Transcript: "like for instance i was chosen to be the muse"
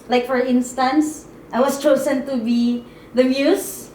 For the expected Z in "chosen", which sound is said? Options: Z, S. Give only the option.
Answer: S